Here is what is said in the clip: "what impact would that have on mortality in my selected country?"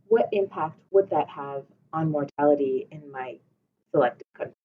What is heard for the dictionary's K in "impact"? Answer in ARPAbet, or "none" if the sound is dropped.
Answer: K